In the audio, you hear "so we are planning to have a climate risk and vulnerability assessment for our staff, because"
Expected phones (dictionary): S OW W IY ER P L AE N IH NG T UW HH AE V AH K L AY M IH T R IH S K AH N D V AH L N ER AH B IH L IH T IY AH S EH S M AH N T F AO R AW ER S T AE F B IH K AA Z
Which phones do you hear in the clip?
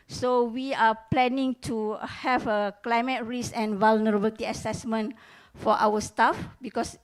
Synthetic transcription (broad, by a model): S OW W IY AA P L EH N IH NG T UW HH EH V AH K L AY M IH T R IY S AH N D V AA L N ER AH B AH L T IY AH S EH S M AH N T F AO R AW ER S T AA F B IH K AA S